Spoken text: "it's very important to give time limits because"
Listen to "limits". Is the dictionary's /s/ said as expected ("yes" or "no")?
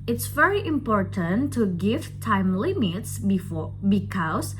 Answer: yes